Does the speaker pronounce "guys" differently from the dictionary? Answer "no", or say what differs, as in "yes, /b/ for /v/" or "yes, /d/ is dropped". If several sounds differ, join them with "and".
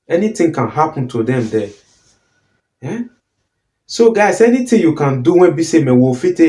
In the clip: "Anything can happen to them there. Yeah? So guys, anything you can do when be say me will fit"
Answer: yes, /s/ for /z/